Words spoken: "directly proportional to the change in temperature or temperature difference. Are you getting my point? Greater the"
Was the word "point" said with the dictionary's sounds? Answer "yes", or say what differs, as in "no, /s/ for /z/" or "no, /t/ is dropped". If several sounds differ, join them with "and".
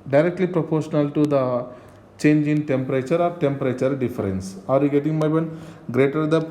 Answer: no, /b/ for /p/